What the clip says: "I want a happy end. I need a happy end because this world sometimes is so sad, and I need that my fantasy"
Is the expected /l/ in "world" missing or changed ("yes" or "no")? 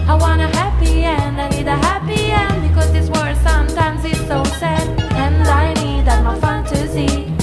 yes